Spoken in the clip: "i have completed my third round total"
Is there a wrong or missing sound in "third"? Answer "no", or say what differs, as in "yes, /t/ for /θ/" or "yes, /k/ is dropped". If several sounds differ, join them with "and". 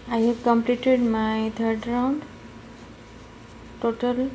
yes, /t/ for /θ/